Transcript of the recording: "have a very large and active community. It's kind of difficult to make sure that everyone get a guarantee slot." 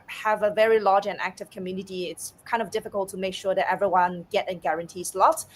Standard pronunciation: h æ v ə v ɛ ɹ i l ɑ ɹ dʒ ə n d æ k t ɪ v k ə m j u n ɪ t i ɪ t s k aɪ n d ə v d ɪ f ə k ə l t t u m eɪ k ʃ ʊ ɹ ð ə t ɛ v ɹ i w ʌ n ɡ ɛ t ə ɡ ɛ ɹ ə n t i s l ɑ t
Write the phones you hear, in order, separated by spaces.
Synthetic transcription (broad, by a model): h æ v ə v ɛ ɹ i l ɑ dʒ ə n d æ k t ɪ v k ə m j u n ɪ t i ɪ t s k aɪ n d ə v d ɪ f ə k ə l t t u m eɪ k ʃ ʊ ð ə t ɛ v ɹ i w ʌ n ɡ ɛ t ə ɡ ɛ ɹ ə n t i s l ɑ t